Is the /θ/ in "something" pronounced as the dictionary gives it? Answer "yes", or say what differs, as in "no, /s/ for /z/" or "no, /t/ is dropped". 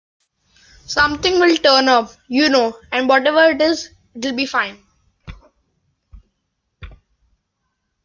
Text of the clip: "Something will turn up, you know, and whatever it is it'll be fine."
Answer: no, /t/ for /θ/